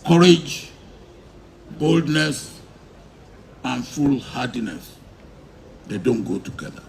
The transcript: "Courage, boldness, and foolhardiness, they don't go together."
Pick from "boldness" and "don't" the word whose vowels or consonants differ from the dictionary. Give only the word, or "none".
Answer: none